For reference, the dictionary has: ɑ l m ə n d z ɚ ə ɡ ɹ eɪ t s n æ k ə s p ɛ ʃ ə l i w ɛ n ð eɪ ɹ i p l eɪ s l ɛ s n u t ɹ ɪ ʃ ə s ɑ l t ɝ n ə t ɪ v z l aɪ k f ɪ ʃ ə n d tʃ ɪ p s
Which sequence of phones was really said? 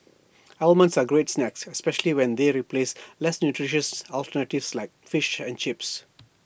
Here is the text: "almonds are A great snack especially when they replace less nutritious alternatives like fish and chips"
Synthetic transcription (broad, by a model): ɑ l m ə n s ə ɡ ɹ eɪ t s n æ k ə s p ɛ ʃ ə l i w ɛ n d eɪ ɹ i p l eɪ s l ɛ s n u t ɹ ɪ ʃ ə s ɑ l t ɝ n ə t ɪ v s l aɪ k f ɪ ʃ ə n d tʃ ɪ p s